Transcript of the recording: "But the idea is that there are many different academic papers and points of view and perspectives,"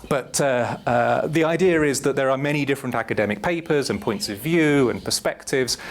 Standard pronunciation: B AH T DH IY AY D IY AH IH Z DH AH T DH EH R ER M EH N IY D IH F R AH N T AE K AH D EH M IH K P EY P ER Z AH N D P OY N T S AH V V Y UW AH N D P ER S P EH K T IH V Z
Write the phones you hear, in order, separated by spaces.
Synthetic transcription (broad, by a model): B AH T DH IY AY D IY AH IH Z DH AH T DH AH R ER M EH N IY D IH F R AH N T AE K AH D EH M IH K P EY P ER Z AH N P OY N T S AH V V Y UW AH N P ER S P EH K T IH V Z